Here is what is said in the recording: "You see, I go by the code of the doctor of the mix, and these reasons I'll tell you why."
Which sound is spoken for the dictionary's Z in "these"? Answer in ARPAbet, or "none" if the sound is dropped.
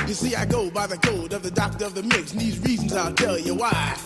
Z